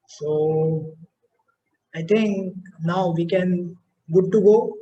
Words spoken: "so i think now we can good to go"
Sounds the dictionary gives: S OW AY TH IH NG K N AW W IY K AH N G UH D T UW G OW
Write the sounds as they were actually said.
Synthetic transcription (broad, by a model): S OW AY T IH NG K N AW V IY K AH N G UH D T UW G OW